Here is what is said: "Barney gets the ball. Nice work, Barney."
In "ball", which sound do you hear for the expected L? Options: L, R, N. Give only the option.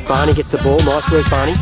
L